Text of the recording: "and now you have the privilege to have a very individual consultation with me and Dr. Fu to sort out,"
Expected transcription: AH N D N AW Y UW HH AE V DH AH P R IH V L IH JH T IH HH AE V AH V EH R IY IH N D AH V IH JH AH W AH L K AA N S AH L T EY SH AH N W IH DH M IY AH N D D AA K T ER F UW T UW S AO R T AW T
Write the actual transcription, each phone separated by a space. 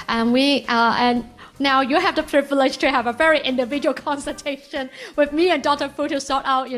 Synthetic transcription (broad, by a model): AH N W N AW Y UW HH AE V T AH P R IH V L IH JH T IH HH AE V AH V EH R IY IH N D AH V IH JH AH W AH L K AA N S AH T EY SH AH N W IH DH M IY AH N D D AA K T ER F UW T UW S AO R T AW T